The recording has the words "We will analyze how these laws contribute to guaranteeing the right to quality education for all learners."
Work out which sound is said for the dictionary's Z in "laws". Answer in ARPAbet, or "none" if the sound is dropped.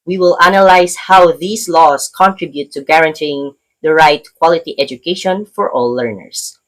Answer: S